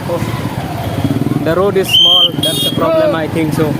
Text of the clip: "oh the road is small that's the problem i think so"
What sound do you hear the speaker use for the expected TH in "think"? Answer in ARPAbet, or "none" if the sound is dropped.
T